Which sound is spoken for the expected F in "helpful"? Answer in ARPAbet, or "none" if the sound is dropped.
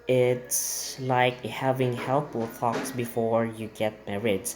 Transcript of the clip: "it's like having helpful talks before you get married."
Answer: none